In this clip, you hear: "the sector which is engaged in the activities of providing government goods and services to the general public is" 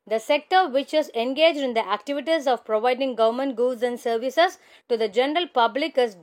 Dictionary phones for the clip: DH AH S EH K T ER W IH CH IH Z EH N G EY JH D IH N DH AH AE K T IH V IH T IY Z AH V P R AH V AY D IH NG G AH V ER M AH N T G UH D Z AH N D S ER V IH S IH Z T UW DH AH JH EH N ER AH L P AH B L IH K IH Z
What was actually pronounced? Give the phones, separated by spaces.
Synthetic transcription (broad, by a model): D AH S EH K T ER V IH CH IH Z EH N G EY JH D IH N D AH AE K T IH V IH T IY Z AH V P R AH V AY D IH NG G AH V ER M AH N T G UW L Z AH N D S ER V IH S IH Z T UW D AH JH EH N ER AH L P AH B L IH K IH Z